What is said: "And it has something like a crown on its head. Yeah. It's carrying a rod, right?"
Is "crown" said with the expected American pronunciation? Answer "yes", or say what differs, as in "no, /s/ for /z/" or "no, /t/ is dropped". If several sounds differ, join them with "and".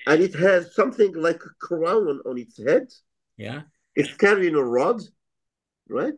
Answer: yes